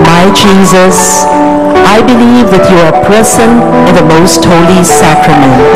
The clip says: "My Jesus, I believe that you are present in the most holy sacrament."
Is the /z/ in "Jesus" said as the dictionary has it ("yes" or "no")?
yes